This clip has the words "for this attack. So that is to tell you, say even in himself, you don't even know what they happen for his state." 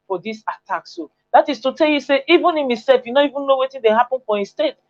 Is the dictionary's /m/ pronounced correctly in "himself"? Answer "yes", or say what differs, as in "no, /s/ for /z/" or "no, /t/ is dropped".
no, /m/ is dropped